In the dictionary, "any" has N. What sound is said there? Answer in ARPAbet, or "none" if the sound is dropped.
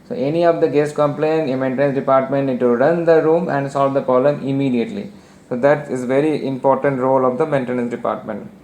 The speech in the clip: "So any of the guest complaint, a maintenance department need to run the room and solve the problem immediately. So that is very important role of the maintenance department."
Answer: N